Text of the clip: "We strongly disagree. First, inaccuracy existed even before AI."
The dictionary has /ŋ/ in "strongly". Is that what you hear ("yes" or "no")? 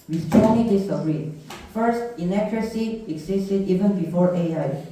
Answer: no